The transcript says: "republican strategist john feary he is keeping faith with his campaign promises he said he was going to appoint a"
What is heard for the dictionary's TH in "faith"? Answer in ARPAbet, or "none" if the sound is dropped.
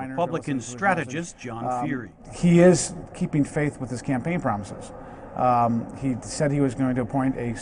TH